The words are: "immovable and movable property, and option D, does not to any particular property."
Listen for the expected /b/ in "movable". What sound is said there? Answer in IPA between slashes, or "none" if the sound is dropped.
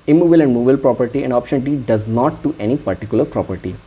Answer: none